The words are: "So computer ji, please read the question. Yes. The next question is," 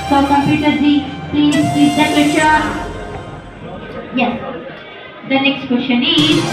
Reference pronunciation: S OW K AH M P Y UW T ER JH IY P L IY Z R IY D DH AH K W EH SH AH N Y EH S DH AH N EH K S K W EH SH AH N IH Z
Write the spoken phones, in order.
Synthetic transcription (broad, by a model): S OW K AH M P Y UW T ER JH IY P L IY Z L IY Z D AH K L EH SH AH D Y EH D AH N EH K S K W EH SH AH N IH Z